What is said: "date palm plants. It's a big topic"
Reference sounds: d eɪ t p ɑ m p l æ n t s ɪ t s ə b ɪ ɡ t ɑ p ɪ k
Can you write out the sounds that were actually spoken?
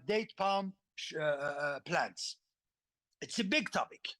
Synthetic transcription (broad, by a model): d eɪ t p ɑ m p l æ n t s ɪ t s ə b ɪ ɡ t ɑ p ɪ k